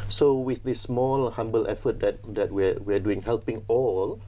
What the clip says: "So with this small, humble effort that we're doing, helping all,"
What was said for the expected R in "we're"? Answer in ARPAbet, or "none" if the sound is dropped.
W